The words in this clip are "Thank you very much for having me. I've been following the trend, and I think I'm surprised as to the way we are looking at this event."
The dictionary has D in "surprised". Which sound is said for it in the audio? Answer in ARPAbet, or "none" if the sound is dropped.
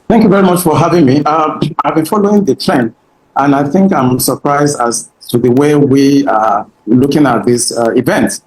D